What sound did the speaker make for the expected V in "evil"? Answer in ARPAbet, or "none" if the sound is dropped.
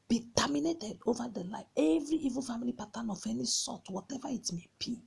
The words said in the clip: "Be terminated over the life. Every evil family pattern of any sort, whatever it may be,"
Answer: V